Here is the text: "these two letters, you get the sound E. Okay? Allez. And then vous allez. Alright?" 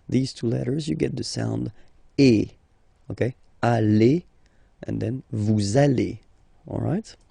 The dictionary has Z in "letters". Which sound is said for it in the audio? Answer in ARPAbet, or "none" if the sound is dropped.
Z